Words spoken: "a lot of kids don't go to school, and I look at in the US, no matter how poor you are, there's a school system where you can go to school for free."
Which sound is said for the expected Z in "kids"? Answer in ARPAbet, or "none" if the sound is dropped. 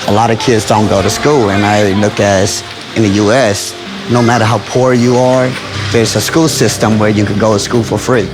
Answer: Z